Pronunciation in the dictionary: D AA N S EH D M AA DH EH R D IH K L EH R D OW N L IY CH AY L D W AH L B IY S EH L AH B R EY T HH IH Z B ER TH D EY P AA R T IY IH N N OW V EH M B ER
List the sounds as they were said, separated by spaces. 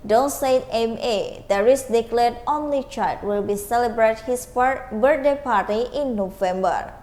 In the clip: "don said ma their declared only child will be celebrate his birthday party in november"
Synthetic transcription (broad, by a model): D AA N S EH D M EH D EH R D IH K L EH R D OW N L IY CH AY D W AH L B IY S EH L AH B R EY T HH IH S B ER D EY P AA R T IY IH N N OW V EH M B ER